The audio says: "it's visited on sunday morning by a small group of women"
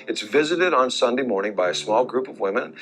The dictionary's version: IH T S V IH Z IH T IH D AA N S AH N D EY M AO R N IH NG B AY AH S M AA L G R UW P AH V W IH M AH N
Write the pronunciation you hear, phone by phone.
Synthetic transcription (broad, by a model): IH T S V IH Z IH T IH D N S AH N D EY M AO R N IH NG B AY AH S M AA L G R UW P AH V W IH M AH N